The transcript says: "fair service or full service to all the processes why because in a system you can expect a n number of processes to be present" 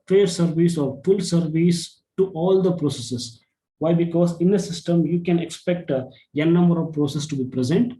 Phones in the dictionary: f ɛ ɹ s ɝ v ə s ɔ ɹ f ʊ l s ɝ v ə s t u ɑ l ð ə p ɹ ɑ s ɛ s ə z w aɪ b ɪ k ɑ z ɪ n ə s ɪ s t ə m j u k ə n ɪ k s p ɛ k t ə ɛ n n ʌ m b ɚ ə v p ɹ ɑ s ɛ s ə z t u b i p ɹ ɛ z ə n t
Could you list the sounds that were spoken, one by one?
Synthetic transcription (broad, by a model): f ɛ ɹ s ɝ v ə s ɔ ɹ f ʊ l s ɝ v ə s t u ɑ l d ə p ɹ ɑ s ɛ s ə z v aɪ b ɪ k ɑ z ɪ n ə s ɪ s t ə m j u k ə n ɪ k s p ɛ k t ə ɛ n n ʌ m b ɚ ə v p ɹ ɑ s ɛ s t u b i p ɹ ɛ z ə n t